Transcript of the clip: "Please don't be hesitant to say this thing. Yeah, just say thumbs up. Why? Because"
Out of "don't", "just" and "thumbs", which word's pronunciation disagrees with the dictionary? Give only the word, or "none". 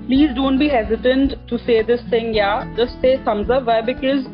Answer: thumbs